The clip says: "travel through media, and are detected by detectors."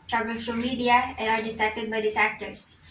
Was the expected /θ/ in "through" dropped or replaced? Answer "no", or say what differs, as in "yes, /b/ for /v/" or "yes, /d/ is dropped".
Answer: yes, /f/ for /θ/